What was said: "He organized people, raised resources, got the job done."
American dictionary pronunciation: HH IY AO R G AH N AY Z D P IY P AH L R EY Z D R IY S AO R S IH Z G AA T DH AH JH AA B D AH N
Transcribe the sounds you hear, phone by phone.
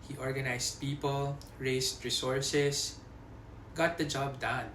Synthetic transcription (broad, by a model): HH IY AO R G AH N AY S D P IY P AH L R EY S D R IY S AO R S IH S G AA T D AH JH AA B D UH N